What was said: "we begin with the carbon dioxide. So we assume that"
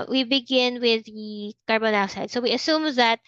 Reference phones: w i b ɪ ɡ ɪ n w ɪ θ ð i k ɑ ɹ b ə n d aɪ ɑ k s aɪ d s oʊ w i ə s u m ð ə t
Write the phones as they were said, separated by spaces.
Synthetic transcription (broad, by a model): w i b ɪ ɡ ɪ n w ɪ ð i k ɑ ɹ b ə n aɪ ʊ s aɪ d s oʊ w i ə s u m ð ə t